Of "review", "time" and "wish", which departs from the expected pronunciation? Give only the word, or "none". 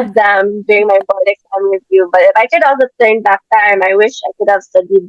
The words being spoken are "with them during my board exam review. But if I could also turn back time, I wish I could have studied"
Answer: review